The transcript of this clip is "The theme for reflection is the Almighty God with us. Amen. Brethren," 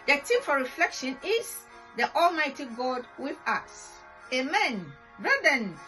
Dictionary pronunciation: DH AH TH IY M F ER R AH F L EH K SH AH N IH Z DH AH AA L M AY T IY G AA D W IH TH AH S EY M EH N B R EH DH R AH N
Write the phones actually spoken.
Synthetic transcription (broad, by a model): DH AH T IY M F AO R AH F L EH K SH AH N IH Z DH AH AA L M AY T IY G AA D W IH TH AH S EY M EH N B R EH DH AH N